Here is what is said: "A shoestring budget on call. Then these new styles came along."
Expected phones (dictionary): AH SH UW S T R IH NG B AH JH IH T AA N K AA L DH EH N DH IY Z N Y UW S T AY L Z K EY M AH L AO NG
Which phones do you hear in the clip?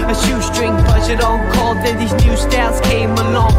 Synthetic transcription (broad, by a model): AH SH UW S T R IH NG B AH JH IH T AA N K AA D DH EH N DH IY Z N Y UW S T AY Z K EY M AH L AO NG